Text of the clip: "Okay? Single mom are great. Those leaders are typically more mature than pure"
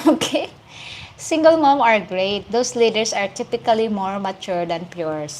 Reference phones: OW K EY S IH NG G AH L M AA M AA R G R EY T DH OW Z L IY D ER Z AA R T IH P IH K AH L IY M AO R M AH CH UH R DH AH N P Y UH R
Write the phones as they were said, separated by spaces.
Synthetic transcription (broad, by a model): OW K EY S IH NG G AH L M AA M AA R G R EY T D OW S L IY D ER S AA R T IH P IH K AH L IY M AO R M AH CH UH R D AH N P Y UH R